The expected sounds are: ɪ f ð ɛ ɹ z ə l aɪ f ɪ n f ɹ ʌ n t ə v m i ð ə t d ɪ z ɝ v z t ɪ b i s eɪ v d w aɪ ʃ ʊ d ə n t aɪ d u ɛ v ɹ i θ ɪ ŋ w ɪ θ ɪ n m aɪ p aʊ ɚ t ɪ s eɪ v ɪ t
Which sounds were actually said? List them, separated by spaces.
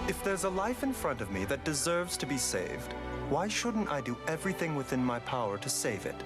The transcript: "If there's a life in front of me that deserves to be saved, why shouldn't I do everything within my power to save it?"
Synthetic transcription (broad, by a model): ɪ f ð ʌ ɹ z ə l aɪ f ɪ n f ɹ ʌ n t ə v m i ð ə t d ɪ z ɝ v z t ɪ b i s eɪ v d w aɪ ʃ ʊ d n t aɪ d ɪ ɛ v ɹ i θ ɪ ŋ w ɪ θ ɪ n m aɪ p aʊ ɚ t ɪ s eɪ v ɪ t